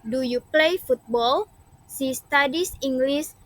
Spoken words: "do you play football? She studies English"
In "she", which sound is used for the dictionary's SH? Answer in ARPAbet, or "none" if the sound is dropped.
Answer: S